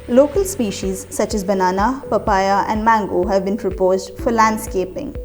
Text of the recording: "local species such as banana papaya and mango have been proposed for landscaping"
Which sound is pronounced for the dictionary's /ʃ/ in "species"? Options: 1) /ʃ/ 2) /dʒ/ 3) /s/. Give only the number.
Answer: 1